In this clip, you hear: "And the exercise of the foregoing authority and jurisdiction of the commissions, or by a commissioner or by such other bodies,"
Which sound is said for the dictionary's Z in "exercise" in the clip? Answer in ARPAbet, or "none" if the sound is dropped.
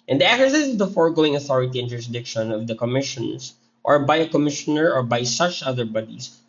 S